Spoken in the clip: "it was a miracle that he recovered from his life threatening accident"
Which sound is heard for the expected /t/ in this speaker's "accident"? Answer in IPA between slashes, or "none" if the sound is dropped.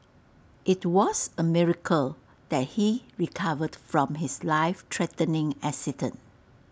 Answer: none